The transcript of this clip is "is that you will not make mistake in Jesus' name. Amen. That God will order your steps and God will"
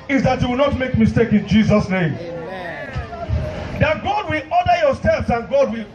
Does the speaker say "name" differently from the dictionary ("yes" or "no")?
yes